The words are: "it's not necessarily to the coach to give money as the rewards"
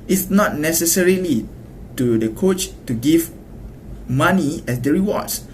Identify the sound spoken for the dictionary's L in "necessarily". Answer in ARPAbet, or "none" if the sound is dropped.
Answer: L